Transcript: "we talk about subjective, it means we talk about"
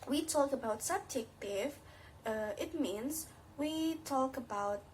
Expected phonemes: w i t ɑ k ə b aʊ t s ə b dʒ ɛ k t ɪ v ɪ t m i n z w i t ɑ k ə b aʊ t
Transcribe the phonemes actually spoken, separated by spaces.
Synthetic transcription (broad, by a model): w i t ɑ k ə b aʊ t s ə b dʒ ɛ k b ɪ f ɪ t m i n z w i t ɑ k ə b aʊ t